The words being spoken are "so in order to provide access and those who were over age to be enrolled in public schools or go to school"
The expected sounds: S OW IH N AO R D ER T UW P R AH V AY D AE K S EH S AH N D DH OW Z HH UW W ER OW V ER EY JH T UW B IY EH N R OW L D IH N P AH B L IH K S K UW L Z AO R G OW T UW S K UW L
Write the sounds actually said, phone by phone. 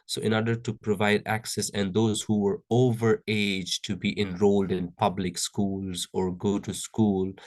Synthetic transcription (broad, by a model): S OW IH N AO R D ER T UW P R AH V AY D AE K S EH S AH N D OW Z HH UW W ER OW V ER EY JH T UW B IY EH N R OW L D IH N P AH B L IH K S K UW L Z AO R G OW T UW S K UW L